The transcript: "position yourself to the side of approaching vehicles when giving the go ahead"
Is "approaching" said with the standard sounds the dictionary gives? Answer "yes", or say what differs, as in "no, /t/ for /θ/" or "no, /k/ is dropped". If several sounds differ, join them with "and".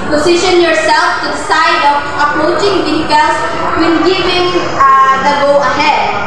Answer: yes